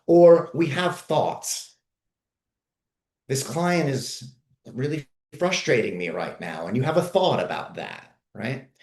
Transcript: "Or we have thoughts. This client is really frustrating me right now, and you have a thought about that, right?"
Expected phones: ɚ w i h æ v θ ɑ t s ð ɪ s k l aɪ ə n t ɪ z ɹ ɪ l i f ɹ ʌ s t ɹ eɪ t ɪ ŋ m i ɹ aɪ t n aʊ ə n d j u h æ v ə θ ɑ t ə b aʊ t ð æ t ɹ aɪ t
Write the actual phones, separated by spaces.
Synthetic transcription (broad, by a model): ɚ w i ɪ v θ ɑ t s ð ɪ s k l aɪ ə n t ɪ z ɹ ɪ l i f ɹ ʌ s t ɹ eɪ t ɪ ŋ m i ɹ aɪ t n aʊ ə n j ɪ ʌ v ə θ ɑ t ə b aʊ t ð æ t ɹ aɪ t